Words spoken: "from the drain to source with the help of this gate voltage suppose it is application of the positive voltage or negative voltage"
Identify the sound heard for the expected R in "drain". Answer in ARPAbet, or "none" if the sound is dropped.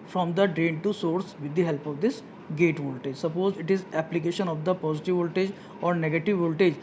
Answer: R